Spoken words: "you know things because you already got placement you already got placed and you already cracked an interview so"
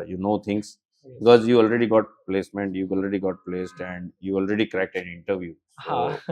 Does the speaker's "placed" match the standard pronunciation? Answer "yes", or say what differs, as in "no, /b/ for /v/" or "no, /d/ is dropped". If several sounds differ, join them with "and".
yes